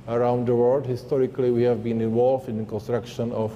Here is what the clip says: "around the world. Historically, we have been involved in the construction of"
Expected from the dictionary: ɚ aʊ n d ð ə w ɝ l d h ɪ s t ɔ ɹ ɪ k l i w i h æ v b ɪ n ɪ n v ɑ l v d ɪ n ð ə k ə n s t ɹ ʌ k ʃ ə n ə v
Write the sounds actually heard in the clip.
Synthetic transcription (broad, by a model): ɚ aʊ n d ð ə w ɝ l d h ɪ s t ɔ ɹ ɪ k l i w i h æ v b ɪ n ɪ n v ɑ l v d ɪ n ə k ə n s t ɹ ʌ k ʃ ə n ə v